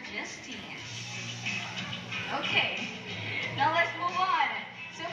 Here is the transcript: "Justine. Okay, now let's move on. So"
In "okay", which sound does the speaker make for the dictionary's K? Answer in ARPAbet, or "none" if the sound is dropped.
K